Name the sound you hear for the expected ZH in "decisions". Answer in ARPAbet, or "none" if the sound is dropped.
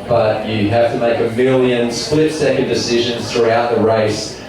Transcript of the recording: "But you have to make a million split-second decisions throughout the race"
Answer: ZH